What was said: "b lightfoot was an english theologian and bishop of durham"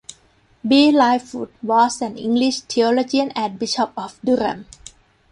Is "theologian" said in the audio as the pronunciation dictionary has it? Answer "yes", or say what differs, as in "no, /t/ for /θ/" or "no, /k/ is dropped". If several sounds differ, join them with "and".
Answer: no, /t/ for /θ/